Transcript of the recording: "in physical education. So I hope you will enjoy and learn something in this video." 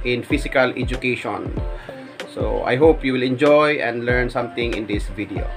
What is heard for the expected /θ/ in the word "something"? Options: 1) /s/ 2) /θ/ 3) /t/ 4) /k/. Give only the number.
3